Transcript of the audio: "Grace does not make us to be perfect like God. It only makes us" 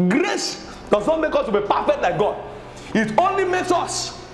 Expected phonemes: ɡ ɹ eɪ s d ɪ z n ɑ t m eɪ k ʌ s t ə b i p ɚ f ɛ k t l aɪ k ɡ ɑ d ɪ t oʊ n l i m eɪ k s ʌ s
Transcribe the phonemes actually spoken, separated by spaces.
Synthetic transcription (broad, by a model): ɡ ɹ eɪ s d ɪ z n ɑ t m eɪ k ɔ s t ə b i p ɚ f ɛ k t l aɪ k ɡ ɑ d ɪ t oʊ n l i m eɪ k s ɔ s